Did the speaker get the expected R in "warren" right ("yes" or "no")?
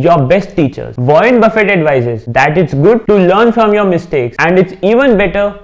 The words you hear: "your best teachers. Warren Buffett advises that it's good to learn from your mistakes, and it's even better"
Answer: no